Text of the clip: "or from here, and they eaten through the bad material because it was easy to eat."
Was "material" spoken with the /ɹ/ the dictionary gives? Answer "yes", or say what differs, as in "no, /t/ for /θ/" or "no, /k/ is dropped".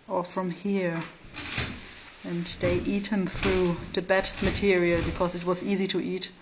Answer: yes